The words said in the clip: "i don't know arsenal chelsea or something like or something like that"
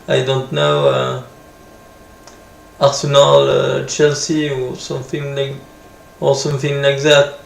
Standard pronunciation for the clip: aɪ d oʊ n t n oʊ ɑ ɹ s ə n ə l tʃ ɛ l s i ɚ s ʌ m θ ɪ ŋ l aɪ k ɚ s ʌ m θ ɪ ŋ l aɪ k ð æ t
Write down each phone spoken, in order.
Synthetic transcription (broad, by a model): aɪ d oʊ n t n oʊ ɑ ɹ s ə n ə l tʃ ɛ l s i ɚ s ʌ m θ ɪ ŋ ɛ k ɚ s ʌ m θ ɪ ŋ n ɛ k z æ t